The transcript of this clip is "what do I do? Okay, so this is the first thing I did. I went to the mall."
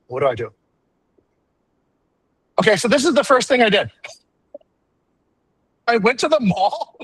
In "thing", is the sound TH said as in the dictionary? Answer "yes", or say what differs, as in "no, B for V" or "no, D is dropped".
yes